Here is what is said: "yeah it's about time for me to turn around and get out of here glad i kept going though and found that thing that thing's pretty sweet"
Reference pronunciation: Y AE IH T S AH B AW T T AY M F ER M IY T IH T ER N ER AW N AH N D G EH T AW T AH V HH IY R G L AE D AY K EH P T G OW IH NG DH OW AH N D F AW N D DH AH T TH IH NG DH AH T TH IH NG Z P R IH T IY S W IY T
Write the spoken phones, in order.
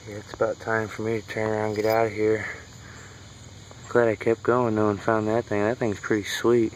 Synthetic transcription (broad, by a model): Y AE IH T S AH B AW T T AY M F ER M IY T IH T ER N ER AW AH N G EH T AW T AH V HH IY R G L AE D AY K EH P G OW IH NG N OW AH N F AW N DH AH T TH IH NG DH AH T TH IH NG Z P R IH T IY S W IY T